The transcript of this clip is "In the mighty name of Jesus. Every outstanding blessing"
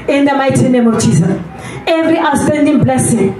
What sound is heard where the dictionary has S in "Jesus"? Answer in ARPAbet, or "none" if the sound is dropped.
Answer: none